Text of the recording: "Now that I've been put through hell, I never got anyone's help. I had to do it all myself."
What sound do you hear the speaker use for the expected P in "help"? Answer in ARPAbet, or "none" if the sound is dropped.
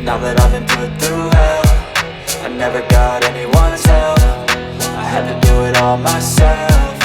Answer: F